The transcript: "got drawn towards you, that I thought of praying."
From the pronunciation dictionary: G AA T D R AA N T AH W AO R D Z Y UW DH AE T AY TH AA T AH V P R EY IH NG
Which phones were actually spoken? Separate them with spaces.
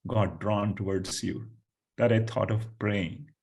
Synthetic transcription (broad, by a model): G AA D R AA N T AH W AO R D S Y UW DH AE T AY T AA T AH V P R EY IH NG